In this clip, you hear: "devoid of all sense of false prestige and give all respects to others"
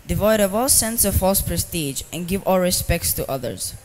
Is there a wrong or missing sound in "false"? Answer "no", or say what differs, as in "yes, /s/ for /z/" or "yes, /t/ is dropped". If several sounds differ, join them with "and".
no